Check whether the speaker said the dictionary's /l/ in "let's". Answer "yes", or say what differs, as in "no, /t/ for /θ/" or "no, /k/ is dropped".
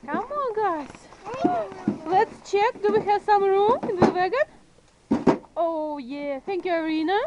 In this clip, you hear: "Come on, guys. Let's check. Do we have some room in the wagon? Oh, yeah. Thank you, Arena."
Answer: yes